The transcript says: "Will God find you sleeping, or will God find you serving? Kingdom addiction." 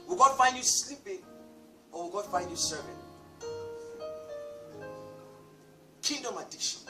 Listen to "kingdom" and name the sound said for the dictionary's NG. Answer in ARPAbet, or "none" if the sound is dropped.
none